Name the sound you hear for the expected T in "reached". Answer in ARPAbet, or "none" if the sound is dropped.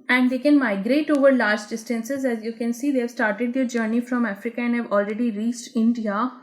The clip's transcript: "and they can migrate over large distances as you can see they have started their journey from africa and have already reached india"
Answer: T